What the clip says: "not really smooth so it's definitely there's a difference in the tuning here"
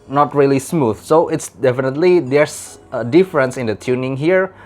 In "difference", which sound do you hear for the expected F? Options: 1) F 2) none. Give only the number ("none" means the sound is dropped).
1